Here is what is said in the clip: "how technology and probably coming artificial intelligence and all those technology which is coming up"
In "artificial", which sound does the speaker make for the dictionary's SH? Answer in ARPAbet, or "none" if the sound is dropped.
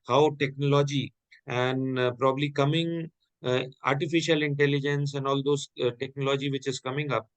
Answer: SH